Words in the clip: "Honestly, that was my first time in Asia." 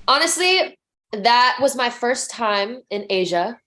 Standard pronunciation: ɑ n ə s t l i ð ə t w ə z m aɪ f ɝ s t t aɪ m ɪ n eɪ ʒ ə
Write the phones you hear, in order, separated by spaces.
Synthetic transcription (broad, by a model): ɑ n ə s t l i ð ə t w ə z m aɪ f ɝ s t t aɪ m ɪ n eɪ ʒ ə